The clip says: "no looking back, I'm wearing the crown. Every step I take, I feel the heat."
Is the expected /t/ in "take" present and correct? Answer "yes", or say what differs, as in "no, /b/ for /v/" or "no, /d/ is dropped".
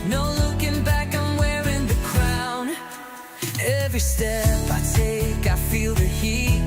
yes